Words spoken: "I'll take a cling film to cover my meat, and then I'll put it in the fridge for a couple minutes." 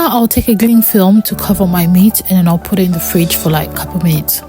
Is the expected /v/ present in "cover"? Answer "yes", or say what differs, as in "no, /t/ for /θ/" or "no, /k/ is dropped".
yes